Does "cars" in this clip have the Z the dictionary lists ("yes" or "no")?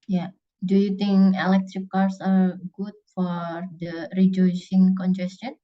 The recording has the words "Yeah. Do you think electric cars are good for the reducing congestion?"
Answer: no